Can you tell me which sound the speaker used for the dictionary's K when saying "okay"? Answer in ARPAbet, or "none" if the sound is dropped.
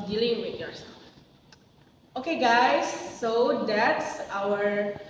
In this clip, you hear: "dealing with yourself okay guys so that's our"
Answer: K